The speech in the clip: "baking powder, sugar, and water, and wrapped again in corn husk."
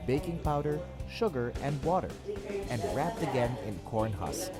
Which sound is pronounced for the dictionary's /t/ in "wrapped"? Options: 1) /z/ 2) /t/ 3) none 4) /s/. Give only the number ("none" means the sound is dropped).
2